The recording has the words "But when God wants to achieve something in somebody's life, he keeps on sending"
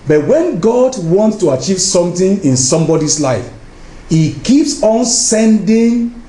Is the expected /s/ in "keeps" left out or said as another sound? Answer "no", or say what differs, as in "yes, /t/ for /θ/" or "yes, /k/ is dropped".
no